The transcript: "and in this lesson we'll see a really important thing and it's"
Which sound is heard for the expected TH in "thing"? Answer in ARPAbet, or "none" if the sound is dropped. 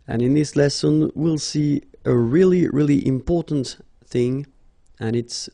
TH